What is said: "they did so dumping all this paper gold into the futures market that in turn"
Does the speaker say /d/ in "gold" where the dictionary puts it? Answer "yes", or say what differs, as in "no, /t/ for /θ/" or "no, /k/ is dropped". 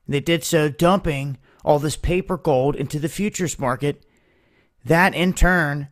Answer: yes